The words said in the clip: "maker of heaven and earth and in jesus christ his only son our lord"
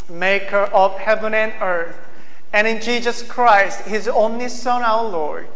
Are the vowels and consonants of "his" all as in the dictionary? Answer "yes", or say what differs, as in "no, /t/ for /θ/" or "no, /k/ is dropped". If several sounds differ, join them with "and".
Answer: yes